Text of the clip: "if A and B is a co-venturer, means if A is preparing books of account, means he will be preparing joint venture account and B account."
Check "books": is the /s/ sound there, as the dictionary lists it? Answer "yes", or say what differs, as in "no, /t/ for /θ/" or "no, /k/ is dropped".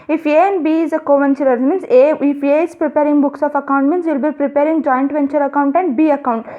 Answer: yes